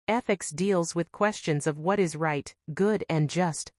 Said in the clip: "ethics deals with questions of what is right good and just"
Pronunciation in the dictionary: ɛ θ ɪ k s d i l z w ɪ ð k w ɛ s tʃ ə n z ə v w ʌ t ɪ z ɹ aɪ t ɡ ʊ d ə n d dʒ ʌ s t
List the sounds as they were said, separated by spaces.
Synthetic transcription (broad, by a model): ɛ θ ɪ k s d i l z w ɪ ð k w ɛ s tʃ ə n z ə v w ʌ t ɪ z ɹ aɪ t ɡ ʊ d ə n dʒ ʌ s t